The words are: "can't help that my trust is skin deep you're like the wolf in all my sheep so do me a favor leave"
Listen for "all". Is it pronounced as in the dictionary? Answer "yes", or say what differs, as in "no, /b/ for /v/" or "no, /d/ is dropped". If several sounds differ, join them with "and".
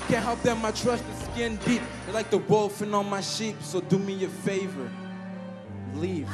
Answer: no, /n/ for /l/